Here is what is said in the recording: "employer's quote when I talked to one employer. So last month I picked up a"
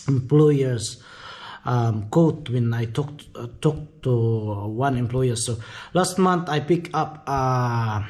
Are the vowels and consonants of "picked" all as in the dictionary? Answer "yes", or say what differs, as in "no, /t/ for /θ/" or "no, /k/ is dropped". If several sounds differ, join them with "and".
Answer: no, /t/ is dropped